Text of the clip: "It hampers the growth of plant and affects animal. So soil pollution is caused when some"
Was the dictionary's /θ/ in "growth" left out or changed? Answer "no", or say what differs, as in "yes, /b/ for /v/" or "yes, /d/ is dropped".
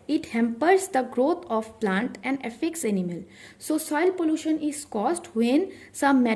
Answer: yes, /t/ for /θ/